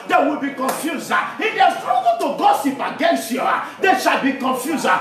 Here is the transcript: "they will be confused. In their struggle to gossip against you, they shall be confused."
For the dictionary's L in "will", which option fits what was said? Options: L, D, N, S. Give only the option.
L